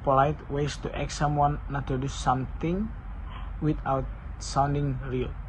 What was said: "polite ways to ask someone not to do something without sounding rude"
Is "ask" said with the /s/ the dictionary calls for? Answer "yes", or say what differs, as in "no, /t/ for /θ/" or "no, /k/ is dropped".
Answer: no, /s/ is dropped